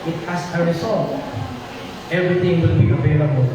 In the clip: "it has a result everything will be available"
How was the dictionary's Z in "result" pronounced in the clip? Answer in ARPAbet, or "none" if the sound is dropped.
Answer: S